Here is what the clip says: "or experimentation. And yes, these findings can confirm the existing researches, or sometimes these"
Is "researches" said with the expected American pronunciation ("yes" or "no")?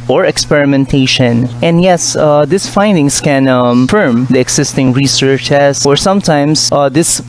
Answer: no